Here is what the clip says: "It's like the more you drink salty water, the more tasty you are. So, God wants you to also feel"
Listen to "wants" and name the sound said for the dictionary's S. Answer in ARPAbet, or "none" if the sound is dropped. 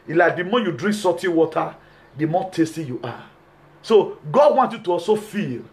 none